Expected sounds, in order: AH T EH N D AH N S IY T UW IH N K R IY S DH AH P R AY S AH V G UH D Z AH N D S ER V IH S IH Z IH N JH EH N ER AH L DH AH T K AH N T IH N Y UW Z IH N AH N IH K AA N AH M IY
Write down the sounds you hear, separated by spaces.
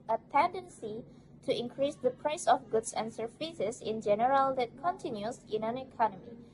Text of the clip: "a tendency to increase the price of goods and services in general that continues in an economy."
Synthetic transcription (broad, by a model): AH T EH N D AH N S IY T UW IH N K R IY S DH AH P R AY S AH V G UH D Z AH N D S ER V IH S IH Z IH N JH EH N ER AH L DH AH T K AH N T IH N Y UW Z IH N AH N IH K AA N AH M IY